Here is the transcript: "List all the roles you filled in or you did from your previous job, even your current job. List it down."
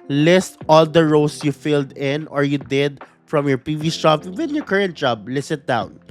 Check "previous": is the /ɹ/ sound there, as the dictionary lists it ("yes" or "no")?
no